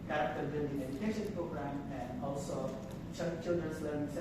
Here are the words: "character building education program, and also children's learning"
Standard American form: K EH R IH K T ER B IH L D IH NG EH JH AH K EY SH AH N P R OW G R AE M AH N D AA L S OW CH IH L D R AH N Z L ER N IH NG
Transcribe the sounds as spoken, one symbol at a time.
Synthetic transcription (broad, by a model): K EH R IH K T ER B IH N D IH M EH JH AH K EY SH AH N P R OW G R AE M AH N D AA L S OW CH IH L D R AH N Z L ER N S